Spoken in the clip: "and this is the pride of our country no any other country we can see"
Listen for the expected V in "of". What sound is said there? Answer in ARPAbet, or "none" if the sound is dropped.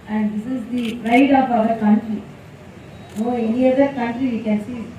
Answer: P